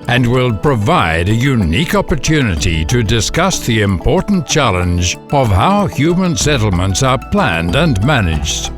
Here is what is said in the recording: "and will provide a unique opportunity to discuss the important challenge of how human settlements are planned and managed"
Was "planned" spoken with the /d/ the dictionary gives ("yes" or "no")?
yes